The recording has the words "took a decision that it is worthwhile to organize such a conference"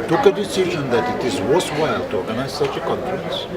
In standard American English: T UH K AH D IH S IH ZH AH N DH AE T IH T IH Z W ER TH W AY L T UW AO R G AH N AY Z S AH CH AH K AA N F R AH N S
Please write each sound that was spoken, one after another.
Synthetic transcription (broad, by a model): T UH K AH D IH S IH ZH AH N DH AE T IH T IH Z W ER S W AY L T UW AO R G AH N AY Z S AH CH AH K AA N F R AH N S